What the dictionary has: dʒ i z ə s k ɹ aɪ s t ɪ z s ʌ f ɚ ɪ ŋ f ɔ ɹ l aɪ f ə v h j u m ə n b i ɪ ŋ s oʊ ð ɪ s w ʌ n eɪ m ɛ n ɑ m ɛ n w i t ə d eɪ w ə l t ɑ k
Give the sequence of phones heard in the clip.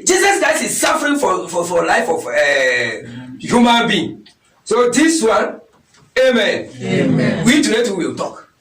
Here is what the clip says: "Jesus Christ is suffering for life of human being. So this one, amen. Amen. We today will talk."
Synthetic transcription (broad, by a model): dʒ i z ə s k ɹ aɪ s t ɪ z s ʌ f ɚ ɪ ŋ f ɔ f l aɪ f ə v h j u m ə n b i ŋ s oʊ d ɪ s w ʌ n eɪ m ɛ n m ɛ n w i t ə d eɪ w ə l t ɑ k